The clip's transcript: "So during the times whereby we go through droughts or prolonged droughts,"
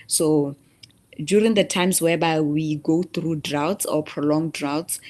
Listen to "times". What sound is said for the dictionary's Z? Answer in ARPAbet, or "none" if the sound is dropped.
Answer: S